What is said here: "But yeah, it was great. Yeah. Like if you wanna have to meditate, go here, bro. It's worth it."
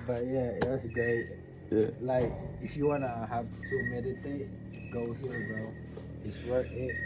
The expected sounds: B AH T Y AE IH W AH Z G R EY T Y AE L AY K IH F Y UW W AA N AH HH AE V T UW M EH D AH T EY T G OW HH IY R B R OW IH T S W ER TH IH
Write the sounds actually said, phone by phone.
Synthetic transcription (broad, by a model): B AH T Y AE IH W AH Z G EY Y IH L AY K IH F Y UW W AA N AH HH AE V T UW M EH D AH T EY T G OW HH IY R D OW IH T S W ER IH